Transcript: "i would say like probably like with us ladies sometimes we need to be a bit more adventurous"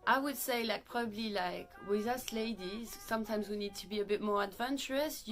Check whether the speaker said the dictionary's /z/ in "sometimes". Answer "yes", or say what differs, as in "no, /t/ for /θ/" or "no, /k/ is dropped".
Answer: yes